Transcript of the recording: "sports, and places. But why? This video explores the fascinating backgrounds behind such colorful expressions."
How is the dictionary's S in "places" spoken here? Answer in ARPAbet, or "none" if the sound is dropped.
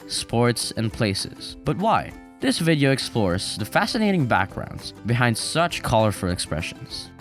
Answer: S